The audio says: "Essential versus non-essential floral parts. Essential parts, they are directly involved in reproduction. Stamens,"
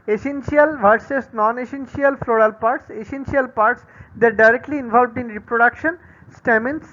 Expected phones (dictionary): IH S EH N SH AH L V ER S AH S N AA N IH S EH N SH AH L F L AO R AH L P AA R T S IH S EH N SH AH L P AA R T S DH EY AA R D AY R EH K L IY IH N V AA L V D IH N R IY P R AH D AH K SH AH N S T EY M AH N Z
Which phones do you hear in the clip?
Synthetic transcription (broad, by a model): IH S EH N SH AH L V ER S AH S N AA N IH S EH N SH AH L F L AO R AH L P AA R T S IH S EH N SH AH L P AA R T S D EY R D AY R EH K L IY IH N V AA L V D IH N R IY P R AH D AH K SH AH N S T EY M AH N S